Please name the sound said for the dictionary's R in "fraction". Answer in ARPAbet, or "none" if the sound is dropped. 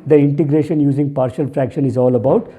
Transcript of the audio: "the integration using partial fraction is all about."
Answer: R